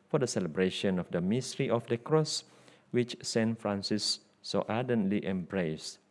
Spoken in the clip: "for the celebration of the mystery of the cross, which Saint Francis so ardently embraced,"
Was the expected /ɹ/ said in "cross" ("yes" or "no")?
yes